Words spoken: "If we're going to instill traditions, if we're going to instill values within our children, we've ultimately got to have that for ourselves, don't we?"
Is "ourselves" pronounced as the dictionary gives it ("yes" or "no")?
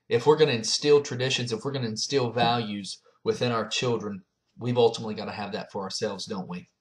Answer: yes